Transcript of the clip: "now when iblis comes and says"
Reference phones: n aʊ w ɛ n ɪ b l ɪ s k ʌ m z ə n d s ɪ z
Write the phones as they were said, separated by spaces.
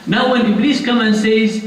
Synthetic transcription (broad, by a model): n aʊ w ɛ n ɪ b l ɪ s k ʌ m ə n s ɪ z